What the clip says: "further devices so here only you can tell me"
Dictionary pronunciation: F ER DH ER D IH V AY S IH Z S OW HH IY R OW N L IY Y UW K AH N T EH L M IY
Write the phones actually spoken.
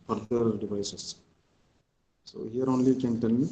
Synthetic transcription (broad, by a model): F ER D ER D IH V AY S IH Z S OW HH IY R OW N L IY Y K AH N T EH N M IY